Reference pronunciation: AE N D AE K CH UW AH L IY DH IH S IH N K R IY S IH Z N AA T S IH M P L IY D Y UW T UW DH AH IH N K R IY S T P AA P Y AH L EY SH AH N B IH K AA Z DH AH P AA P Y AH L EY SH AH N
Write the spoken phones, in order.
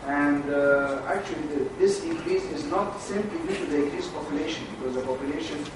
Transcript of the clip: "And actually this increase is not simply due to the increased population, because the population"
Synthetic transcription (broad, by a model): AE N D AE K CH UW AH L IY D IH S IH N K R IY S IH Z N AA T S IH M P L IY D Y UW T UW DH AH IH K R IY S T P AA P Y AH L EY SH AH N B IH K AA Z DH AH P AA P Y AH L EY SH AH N